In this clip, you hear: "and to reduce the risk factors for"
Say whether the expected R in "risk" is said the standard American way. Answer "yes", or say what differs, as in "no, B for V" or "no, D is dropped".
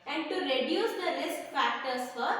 no, L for R